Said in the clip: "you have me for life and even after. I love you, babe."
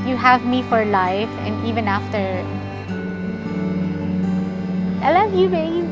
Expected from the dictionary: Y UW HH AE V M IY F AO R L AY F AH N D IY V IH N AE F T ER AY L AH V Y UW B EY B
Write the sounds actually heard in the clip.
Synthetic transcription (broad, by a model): Y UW HH AE V M IY F AO R L AY F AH N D IY V IH N AE F T ER AY L AH V Y UW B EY